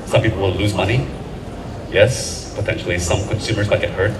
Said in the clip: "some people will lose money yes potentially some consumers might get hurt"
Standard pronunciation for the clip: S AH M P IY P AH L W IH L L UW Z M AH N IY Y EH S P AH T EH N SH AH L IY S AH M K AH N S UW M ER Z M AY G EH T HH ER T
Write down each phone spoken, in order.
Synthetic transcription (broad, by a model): S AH M P IY P L W IH L L UW Z M AH N IY Y EH S P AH T EH N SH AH L IY S AH M K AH N S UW M ER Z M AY G EH T HH ER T